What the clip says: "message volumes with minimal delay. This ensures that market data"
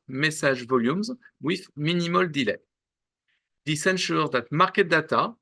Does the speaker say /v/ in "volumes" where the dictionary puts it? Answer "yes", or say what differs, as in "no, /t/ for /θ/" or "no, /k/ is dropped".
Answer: yes